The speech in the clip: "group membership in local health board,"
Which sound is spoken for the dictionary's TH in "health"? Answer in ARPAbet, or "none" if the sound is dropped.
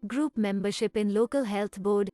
T